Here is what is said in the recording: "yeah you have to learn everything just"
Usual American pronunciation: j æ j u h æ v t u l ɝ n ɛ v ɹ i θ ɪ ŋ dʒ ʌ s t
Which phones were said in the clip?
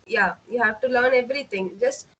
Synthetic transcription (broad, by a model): j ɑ j u h æ v t u l ɝ n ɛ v ɹ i t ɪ ŋ dʒ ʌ s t